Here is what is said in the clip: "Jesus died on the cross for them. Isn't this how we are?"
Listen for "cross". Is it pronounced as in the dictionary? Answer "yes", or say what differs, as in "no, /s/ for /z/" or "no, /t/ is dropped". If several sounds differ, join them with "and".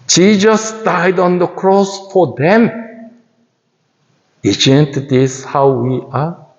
yes